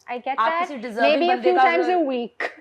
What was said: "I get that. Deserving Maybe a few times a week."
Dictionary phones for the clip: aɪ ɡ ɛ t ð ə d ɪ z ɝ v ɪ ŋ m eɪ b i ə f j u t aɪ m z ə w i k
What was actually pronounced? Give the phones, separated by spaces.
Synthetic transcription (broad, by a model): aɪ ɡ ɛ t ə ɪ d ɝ ɪ m eɪ b i ə f j u t aɪ m z ə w i k